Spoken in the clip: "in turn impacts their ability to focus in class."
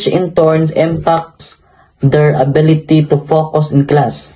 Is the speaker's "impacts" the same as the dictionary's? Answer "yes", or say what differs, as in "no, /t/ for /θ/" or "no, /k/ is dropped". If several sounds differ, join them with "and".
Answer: yes